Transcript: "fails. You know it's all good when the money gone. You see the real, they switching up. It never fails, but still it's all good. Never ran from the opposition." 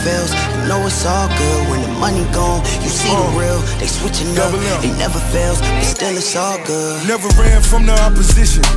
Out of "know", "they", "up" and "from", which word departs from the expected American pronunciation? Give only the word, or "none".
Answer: up